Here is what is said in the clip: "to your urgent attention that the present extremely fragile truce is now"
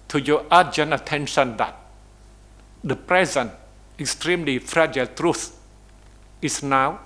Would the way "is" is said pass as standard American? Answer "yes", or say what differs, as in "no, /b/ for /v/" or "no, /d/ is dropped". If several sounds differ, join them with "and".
no, /s/ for /z/